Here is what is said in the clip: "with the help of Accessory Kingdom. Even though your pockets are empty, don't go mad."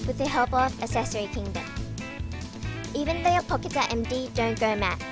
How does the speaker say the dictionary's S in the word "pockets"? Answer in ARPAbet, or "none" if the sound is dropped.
none